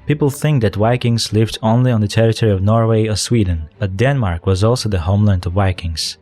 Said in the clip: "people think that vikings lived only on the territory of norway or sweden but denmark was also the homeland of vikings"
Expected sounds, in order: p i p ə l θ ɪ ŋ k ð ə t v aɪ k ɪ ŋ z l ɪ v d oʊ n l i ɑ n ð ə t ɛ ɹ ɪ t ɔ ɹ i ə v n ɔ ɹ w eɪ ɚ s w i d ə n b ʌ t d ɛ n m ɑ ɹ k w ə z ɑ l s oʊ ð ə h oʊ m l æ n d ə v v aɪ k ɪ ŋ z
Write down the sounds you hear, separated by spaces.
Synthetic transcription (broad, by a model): p i p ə l θ ɪ ŋ k ð ə t w aɪ k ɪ ŋ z l ɪ v d oʊ n l i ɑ n ð ə t ɛ ɹ ɪ t ɔ ɹ i ə v n ɔ ɹ w eɪ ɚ s w i d n b ʌ t d ɛ n m ɑ ɹ k w ə z ɑ l s oʊ ð ə h oʊ m l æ n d ə v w aɪ k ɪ ŋ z